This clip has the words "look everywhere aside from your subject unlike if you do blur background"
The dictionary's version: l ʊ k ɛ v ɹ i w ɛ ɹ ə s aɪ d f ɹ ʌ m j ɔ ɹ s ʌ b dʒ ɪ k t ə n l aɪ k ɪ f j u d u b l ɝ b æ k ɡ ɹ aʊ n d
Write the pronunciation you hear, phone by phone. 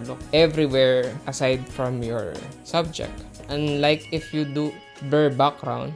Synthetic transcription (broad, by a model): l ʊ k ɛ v ɹ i w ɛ ɹ ə s aɪ d f ɹ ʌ m j ɔ ɹ s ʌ b dʒ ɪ k t ə n l aɪ k ɪ f j u d u b ɝ b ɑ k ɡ ɹ aʊ n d